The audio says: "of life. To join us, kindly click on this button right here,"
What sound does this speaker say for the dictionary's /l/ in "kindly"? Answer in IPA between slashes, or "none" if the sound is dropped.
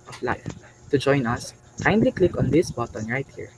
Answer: /l/